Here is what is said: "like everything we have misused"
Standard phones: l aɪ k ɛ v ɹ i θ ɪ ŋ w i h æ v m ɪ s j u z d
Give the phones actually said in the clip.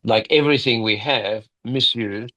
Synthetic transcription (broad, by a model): l aɪ k ɛ v ɹ i θ ɪ ŋ w i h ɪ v m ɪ s j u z